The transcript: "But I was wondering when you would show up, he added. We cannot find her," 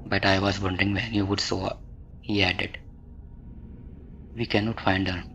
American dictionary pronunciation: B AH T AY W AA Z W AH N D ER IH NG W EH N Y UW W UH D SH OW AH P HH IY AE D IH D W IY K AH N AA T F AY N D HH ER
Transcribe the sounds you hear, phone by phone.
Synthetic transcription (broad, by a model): B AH T AY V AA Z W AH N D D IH NG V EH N Y UW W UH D S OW HH IY AE D IH D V IY K AH N AA T F AY N D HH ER